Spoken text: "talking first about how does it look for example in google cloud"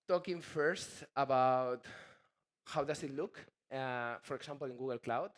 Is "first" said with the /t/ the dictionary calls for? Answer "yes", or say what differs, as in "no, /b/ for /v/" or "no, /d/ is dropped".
yes